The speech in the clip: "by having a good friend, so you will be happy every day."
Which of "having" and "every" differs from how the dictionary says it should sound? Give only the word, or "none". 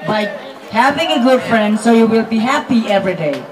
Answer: none